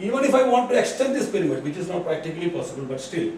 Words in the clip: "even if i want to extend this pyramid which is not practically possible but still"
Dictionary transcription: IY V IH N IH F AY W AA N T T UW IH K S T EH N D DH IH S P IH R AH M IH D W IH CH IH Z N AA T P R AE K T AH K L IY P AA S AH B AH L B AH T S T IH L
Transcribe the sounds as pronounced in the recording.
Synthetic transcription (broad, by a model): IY V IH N IH F AY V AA N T T UW IH K S T EH N D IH S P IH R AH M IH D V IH CH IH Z N AA T P R AE K T AH K L IY P AA S AH B AH L B AH T S T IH L